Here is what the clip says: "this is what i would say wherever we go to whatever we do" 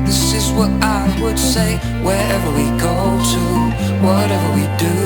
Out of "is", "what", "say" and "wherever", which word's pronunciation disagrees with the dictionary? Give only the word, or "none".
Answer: none